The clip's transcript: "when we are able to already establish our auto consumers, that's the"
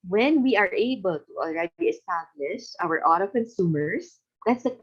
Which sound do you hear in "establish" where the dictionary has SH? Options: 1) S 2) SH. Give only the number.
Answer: 2